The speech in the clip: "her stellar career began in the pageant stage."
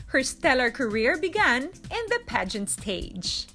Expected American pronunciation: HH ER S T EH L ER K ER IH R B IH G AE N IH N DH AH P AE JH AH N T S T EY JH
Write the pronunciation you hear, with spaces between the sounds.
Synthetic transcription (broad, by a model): HH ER S T EH L ER K ER IH R B IH G AE N IH N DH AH P AE JH AH N T S T EY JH